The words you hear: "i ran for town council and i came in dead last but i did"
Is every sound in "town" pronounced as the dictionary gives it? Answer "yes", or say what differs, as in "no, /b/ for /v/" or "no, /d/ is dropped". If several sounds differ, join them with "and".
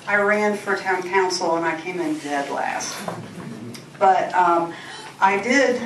yes